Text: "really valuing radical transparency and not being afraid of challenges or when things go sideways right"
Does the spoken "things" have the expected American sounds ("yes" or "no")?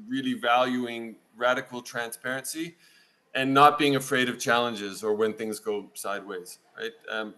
yes